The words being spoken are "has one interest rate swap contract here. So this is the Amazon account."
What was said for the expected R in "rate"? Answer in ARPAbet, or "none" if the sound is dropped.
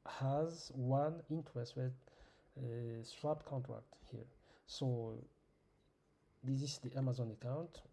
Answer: W